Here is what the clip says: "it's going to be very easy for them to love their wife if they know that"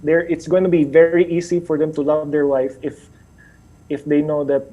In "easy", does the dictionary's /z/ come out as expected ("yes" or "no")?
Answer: no